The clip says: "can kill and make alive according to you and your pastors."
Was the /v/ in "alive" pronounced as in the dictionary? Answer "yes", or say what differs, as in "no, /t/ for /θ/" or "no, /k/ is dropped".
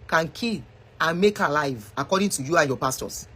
yes